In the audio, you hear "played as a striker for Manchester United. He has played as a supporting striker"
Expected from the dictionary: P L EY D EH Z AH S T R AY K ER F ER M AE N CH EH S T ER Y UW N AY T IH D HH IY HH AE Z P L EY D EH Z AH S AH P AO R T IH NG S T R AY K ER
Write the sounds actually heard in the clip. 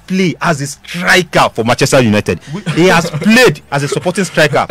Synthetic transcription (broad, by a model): P L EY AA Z AH S T R AY K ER F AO M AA CH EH S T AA Y UW N AY T IH D HH IY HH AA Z P L EY D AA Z AH S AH P AO T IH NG S T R AY K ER